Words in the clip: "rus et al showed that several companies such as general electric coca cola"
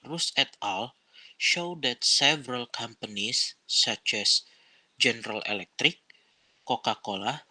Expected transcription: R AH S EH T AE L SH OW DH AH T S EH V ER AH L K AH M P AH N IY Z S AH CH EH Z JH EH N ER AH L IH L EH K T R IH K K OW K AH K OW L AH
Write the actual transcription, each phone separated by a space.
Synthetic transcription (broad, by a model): R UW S EH T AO L SH OW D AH T S EH V ER AH L K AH M P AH N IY S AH CH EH S JH EH N ER AH L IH L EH K T R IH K K OW K AH K OW L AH